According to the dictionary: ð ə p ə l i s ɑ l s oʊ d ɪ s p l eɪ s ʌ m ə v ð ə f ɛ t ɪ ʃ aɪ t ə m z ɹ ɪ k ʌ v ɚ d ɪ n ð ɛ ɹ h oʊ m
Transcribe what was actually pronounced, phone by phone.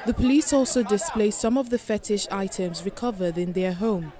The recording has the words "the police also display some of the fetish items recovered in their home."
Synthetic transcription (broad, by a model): ð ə p ə l i s ɑ l s oʊ d ɪ s p l eɪ s ʌ m ə v ð ə f ɛ t ɪ ʃ aɪ t ə m z ɹ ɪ k ʌ v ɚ d ɪ n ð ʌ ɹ h oʊ m